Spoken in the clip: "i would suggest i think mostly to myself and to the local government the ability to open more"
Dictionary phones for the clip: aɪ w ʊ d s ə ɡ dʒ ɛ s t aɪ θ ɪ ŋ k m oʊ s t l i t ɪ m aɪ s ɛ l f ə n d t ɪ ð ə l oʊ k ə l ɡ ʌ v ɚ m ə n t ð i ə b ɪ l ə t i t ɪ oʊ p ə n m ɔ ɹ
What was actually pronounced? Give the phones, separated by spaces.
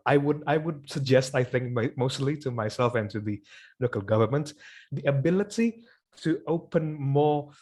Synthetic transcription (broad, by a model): aɪ w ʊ d s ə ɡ dʒ ɛ s t aɪ θ ɪ ŋ k m oʊ s t l i t ɪ m aɪ s ɛ l f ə n t ɪ ð ə l oʊ k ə l ɡ ʌ v ɚ m ə n t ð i ə b ɪ l ə t i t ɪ oʊ p ə n m ɔ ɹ